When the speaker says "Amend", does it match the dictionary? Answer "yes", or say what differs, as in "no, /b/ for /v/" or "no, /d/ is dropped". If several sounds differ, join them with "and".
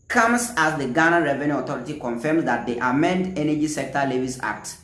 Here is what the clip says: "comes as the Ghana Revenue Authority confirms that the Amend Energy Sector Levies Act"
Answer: yes